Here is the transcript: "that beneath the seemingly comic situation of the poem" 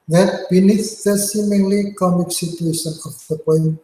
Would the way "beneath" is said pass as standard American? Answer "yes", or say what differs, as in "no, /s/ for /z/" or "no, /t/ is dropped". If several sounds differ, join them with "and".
no, /s/ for /θ/